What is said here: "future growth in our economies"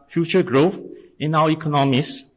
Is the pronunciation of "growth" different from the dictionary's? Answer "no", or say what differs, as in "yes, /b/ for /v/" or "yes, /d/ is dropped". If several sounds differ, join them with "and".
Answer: no